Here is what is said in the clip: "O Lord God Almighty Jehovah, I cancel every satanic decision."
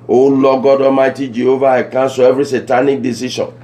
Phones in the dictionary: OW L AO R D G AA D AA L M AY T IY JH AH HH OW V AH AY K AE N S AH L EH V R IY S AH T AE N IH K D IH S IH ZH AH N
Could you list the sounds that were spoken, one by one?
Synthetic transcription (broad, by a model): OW L AO G AA D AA M AY T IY JH AH HH OW V AH AY K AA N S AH EH V R IY S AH T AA N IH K D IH S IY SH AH N